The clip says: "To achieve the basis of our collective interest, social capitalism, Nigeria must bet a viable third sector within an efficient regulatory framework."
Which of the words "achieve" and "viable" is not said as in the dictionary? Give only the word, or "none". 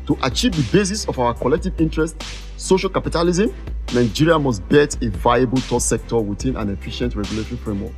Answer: none